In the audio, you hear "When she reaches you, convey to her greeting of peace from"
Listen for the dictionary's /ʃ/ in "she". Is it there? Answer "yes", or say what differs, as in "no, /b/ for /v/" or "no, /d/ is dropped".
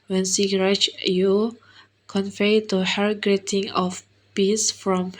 no, /s/ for /ʃ/